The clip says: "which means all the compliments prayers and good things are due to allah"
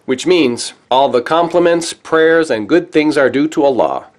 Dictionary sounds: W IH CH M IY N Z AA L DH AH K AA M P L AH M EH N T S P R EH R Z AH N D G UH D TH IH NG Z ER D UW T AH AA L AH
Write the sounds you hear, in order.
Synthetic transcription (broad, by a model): W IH CH M IY N Z AA L DH AH K AA M P L AH M EH N T S P R EH R Z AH N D G UH D TH IH NG Z ER D UW T AH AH L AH